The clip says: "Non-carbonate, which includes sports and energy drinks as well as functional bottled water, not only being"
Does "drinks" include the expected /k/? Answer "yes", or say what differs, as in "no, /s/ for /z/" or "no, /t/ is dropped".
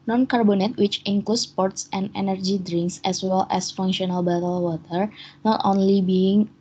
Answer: yes